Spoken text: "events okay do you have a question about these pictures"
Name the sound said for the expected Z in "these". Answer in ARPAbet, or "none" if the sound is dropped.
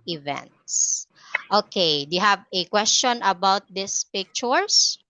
S